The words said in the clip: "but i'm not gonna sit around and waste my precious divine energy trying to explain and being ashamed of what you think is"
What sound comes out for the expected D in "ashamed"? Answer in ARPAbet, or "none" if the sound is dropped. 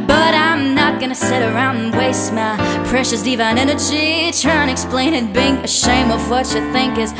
none